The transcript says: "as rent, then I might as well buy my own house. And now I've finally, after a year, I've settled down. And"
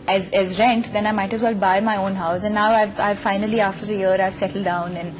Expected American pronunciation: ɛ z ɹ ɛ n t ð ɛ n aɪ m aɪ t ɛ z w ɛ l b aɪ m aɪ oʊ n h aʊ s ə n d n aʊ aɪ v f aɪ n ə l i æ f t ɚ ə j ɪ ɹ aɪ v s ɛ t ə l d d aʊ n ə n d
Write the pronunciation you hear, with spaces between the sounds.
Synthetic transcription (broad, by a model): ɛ z ɹ ɛ n t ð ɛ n aɪ m aɪ t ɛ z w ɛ l b aɪ m aɪ oʊ n h aʊ s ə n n aʊ aɪ v f aɪ n ə l i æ f t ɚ ə j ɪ ɹ aɪ v s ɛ t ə l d d aʊ n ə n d